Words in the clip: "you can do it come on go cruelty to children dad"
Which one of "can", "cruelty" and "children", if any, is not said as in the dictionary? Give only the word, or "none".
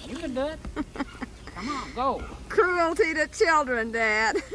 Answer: none